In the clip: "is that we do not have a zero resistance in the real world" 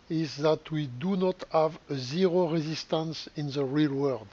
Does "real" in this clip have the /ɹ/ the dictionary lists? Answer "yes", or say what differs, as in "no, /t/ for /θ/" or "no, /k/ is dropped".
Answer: yes